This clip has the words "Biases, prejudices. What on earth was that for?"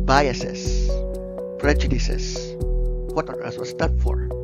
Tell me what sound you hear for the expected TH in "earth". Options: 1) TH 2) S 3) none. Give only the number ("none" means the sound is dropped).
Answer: 2